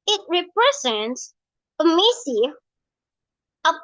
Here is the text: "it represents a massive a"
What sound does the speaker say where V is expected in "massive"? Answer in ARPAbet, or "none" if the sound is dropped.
none